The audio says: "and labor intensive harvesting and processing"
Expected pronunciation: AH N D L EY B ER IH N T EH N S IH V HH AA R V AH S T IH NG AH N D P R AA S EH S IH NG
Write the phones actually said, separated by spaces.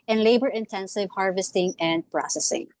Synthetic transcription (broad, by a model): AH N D L EY B ER IH N T EH N S IH V HH AA R V AH S T IH NG AH N D P R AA S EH S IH NG